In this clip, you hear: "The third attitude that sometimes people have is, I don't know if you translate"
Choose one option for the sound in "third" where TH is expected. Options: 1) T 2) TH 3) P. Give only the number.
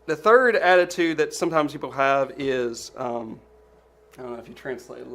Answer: 2